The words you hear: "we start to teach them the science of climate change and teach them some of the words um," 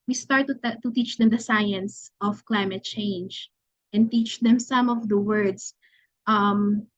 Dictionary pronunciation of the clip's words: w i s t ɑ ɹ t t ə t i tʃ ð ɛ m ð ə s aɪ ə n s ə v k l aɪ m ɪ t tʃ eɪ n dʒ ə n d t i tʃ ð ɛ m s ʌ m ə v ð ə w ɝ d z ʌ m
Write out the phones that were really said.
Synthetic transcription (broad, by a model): w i s t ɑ ɹ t t ə t i tʃ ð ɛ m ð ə s aɪ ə n s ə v k l aɪ m ɪ t tʃ eɪ n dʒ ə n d t i tʃ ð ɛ m s ʌ m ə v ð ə w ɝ d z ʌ m